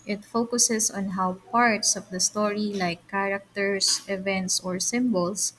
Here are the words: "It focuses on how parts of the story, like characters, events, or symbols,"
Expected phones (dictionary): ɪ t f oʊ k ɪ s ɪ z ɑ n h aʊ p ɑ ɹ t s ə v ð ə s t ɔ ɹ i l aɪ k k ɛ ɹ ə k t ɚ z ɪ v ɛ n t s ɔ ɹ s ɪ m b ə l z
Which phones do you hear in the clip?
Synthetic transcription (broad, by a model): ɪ t f oʊ k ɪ s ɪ s ɑ n h aʊ p ɑ ɹ t s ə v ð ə s t ɔ ɹ i l aɪ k k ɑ ɹ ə k t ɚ s ɪ v ɛ n t s ɔ ɹ s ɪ m b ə l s